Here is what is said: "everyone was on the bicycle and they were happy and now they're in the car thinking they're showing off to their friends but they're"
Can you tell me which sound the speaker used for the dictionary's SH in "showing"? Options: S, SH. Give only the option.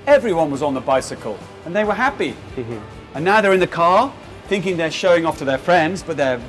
SH